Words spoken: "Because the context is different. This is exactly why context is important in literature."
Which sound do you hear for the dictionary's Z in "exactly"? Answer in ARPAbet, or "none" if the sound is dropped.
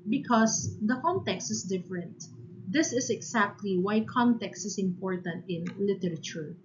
S